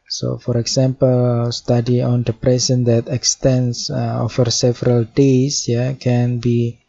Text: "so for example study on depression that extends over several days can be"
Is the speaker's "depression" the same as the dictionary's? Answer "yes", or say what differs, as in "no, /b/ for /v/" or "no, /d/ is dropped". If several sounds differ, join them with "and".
no, /s/ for /ʃ/